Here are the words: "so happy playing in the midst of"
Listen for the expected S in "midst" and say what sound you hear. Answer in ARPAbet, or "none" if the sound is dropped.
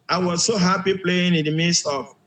S